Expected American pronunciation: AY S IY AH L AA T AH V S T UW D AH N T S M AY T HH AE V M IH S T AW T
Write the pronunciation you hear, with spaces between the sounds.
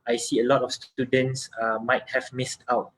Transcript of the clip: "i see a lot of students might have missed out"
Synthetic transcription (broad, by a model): AY S IY AH L AA T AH F S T UW D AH N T S M AY T HH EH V M IH S T AW T